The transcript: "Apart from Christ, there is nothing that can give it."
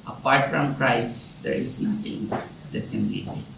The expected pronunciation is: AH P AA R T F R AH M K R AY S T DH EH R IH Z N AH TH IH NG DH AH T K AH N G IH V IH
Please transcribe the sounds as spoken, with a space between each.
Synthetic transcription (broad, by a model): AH P AA R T F R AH M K R AY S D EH R IH Z N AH T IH NG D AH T K AH N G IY IH